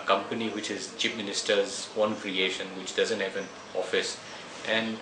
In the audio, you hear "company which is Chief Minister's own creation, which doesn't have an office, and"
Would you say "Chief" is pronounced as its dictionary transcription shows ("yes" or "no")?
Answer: no